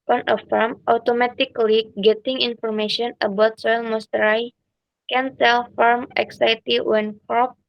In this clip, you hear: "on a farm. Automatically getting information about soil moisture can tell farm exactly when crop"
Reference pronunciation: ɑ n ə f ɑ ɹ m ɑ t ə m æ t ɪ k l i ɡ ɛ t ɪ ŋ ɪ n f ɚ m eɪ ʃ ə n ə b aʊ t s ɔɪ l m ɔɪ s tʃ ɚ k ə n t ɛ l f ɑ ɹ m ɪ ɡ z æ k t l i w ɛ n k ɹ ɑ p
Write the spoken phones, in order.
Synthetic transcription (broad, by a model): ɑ n ə f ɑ ɹ m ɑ t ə m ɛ t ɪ k l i ɡ ɛ t ɪ ŋ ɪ n f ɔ m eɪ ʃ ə n ə b aʊ t s ɔɪ l m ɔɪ s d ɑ k ə n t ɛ l f ɑ ɹ m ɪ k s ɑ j t i w ɛ n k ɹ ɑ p